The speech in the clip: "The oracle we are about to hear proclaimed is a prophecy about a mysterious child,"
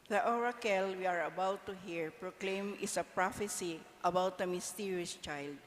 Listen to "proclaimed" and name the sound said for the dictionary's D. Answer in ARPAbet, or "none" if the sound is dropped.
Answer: none